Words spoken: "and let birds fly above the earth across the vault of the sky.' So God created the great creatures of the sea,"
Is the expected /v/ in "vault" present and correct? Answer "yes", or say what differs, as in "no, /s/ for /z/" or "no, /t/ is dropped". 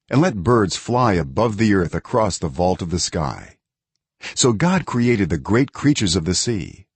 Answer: yes